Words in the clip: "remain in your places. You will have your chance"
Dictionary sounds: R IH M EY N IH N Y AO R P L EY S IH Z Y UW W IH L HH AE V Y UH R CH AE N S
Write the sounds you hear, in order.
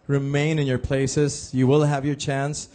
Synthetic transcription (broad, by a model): R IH M EY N IH N Y AO R P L EY S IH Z Y UW W IH L HH AE V Y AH R CH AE N S